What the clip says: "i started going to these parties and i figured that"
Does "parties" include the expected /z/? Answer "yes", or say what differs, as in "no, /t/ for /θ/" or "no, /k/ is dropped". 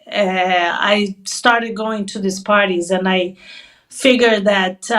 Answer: yes